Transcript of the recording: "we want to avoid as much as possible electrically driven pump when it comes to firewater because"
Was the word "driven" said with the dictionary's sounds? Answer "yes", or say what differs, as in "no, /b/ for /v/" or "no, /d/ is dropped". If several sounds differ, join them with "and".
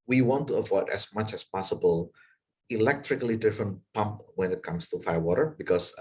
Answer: no, /ɹ/ is dropped